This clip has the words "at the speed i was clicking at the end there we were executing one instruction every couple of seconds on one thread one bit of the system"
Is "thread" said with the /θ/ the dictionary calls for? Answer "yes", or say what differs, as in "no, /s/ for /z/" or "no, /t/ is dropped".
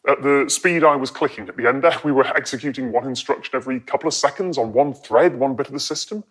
yes